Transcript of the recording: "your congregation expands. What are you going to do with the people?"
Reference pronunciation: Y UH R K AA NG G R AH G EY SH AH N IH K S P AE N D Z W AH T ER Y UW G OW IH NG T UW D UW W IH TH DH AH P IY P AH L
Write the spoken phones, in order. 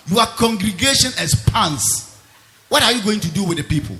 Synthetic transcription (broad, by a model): Y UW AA K AA NG G R AH G EY SH AH N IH S P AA N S W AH T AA Y UW G OW IH NG T UW D UW W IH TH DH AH P IY P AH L